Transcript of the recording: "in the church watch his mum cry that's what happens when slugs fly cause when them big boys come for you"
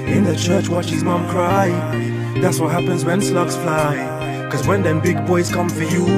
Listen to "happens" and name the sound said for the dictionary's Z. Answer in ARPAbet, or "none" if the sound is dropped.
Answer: Z